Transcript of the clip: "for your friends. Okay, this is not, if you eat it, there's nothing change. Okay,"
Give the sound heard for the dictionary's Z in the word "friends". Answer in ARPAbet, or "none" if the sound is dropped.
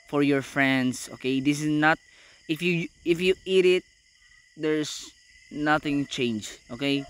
S